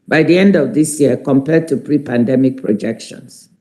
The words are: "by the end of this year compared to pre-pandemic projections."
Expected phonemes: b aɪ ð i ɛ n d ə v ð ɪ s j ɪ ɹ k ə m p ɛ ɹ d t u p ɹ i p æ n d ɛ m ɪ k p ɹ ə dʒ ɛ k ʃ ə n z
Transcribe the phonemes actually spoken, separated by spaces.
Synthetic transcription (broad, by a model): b aɪ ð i ɛ n d ə v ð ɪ s j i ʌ k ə m p ɛ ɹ d t u p ɹ i p æ n d ɛ m ɪ k p ɹ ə dʒ ɛ k ʃ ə n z